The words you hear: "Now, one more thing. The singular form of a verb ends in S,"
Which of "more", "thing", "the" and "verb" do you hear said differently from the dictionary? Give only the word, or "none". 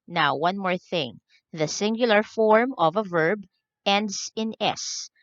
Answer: none